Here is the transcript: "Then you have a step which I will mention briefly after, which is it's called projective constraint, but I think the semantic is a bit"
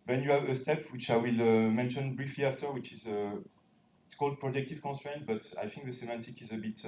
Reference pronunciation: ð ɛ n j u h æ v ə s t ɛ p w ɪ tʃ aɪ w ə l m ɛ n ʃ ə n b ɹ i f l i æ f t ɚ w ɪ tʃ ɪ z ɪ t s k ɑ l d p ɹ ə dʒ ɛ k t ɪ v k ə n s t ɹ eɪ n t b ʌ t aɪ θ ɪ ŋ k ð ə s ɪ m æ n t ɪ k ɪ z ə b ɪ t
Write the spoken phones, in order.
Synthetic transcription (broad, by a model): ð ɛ n j u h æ v ə s t ɛ p w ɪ tʃ aɪ w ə l m ɛ n ʃ ə n b ɹ i f l i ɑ f t ɚ w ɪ tʃ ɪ z ɪ t s k ɑ l d p ɹ ə dʒ ɛ k t ɪ v k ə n s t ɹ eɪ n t b ʌ t aɪ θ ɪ ŋ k ð ə s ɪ m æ n t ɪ k ɪ z ə b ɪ t